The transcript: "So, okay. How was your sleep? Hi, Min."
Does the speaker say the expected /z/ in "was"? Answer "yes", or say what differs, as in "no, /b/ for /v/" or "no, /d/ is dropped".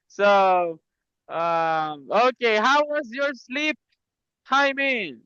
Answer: yes